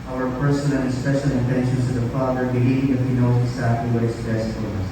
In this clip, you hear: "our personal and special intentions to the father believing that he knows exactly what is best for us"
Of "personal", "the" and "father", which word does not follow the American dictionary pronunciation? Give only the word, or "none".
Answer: personal